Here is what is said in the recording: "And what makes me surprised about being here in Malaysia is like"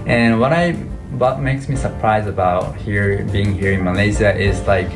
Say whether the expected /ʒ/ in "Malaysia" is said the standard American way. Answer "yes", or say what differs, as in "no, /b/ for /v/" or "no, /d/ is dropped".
no, /z/ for /ʒ/